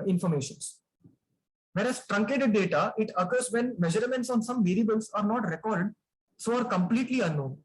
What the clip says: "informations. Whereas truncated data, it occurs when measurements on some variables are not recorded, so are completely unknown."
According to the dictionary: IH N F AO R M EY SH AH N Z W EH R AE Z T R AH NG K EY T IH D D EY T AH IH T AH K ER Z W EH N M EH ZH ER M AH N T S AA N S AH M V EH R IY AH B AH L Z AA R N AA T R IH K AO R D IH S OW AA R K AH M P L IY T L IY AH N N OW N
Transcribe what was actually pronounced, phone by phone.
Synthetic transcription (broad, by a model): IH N F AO R M EY SH AH N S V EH R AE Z T R AH NG K EY T IH D D EY T AH IH T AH K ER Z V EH N M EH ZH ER M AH N T S AA N S AH M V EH R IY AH B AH L S AA R N AA T R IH K AO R D S OW AA R K AH M P L IY T L IY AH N N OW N